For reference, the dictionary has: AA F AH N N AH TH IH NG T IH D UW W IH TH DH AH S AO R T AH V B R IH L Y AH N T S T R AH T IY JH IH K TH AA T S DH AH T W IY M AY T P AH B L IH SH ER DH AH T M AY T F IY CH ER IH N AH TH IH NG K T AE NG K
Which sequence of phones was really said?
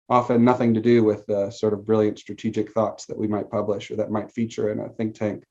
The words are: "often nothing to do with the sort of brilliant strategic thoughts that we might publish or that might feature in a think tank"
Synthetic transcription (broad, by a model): AA F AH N N AH TH IH NG T IH D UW W IH DH AH S AO R T AH V B R IH L Y AH N T S T R AH T IY JH IH K TH AA T S DH AH T W IY M AY T P AH B L IH SH ER DH AH T M AY T F IY CH ER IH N AH TH IH NG K T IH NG K